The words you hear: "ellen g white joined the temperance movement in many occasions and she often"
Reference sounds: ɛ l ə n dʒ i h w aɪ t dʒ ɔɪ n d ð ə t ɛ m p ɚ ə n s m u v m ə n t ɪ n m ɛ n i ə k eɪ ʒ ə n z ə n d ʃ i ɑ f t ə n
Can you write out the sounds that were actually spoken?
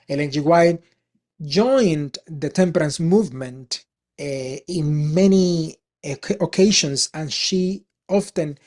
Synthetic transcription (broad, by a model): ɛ l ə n dʒ i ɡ w aɪ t dʒ ɔɪ n d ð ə t ɛ m p ɚ ə n s m u v m ə n t ɪ n m ɛ n i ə k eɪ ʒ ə n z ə n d ʃ i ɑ f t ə n